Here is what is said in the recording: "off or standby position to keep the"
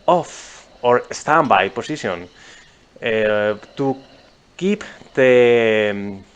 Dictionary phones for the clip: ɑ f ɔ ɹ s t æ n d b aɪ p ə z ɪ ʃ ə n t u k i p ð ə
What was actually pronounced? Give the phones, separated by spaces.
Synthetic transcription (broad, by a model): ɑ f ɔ ɹ s t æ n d b aɪ p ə s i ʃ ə n t u k i p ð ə